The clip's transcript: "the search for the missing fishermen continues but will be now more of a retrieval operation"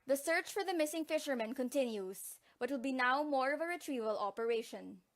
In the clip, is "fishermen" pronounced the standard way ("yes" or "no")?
yes